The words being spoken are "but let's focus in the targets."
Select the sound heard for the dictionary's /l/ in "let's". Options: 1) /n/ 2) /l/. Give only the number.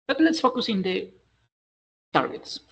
1